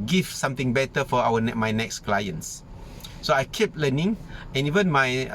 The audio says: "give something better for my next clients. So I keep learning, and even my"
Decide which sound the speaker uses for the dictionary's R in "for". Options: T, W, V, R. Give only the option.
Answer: W